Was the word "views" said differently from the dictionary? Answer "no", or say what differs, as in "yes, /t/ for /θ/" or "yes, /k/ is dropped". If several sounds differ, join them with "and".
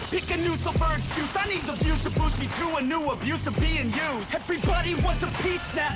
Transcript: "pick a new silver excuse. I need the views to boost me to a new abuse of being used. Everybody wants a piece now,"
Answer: yes, /b/ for /v/